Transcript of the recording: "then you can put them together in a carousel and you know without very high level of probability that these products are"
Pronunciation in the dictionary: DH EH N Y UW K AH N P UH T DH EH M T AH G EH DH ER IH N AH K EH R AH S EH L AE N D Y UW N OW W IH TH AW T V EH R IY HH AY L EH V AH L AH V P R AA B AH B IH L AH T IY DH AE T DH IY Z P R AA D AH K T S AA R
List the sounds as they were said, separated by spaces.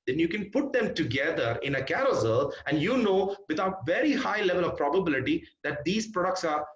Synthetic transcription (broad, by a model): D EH N Y UW K AH N P UH T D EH M T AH G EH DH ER IH N AH K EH R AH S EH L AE N D Y UW N OW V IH T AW T V EH R IY HH AY L EH V AH L AH V P R AA B AH B IH L AH T IY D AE T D IY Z P R AA D AH K T S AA R